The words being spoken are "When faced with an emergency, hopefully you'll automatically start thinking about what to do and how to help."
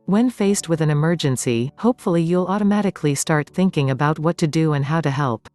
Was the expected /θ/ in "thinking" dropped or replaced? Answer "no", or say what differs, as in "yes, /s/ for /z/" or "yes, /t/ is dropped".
no